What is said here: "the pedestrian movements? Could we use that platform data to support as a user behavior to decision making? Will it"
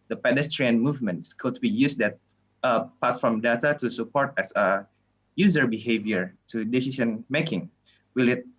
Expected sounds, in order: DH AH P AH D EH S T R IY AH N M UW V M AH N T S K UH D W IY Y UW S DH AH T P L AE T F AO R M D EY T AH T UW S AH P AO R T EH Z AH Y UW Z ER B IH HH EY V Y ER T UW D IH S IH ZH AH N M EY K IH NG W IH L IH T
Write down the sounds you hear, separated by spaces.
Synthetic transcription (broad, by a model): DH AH P AH D EH S T R IY AH N M UW V M AH N T S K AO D W IY Y UW S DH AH T P AA T F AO R M D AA T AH T UW S AH P AO R T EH S AH Y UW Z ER B IH HH EY V Y ER T UW D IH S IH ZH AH N M EY K IH NG W IH L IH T